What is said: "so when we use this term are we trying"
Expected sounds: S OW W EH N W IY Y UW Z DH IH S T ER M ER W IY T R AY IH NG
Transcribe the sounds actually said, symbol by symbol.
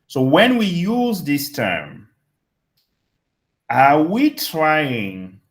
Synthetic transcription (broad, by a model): S OW W EH N W IY Y UW Z DH IH S T ER M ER W IY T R AY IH NG